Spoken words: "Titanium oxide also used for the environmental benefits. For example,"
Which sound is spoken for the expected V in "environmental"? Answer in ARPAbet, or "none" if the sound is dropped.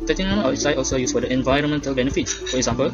V